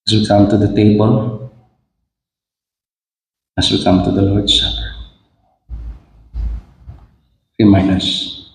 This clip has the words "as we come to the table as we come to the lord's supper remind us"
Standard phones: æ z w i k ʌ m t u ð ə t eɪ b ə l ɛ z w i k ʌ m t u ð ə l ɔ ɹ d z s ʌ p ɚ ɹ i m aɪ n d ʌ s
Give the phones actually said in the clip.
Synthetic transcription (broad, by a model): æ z w i k ʌ m t u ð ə t eɪ b ə l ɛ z w i k ʌ m t u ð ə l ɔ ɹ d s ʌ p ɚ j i m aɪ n ʌ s